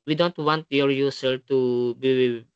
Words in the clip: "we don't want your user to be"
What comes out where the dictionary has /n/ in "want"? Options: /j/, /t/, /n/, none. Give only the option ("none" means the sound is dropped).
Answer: /n/